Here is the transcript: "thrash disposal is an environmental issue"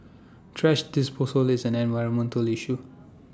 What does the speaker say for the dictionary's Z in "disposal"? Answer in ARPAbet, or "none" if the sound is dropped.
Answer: S